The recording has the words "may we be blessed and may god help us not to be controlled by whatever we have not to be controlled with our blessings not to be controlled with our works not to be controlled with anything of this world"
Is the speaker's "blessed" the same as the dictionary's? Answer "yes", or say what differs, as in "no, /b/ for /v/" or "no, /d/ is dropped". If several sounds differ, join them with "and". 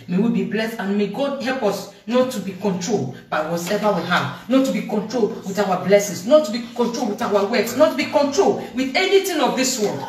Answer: yes